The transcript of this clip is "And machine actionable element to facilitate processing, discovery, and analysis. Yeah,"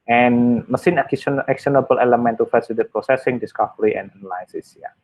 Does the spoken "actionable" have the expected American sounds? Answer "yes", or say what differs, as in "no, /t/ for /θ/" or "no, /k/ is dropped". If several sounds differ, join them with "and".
no, /s/ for /ʃ/